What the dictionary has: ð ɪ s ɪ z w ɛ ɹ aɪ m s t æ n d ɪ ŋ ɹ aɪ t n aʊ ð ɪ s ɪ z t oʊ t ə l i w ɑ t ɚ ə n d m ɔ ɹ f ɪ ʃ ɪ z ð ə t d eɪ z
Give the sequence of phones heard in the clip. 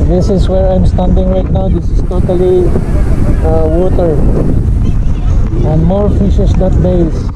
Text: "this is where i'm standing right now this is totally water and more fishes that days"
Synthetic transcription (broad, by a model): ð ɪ s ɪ s w ɛ ɹ aɪ m s t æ n d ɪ ŋ ɹ aɪ t n aʊ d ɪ s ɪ s t oʊ t ə l i w ɑ t ɚ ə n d m ɔ ɹ f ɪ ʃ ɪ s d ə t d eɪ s